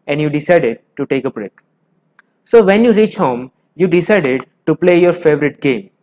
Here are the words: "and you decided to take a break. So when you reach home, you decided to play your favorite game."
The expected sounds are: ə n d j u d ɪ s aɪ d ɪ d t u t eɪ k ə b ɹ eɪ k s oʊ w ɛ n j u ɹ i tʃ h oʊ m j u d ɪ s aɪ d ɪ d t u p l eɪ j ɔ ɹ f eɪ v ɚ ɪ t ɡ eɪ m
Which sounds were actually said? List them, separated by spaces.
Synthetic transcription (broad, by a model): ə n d j u d ɪ s aɪ d ɪ d t u t eɪ k ə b ɹ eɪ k s oʊ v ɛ n j u ɹ i tʃ h oʊ m j u d ɪ s aɪ d ɪ d t u p l eɪ j ɔ ɹ f eɪ v ɚ ɪ t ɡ eɪ m